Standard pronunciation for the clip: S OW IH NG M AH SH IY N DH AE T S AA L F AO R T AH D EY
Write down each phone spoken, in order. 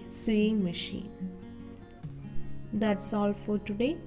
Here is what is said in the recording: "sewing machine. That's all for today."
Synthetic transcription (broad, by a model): S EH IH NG M AH SH IY N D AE T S AA L F AO R T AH D EY